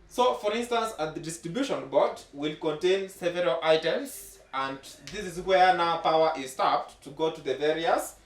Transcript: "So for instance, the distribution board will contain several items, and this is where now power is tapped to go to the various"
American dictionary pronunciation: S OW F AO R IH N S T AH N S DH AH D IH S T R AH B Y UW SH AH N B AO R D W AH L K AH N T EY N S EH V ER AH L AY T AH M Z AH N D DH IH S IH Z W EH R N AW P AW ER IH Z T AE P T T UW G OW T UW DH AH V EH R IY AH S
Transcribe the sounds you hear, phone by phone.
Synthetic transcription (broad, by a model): S OW F AO R IH N S T AH N S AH D IH S T R AH B Y UW SH AH N B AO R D W AH L K AH N T EY N S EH V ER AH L AY T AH M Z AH N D DH IH S IH Z W EH R N AW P AW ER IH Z T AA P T T UW G OW T UW DH AH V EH R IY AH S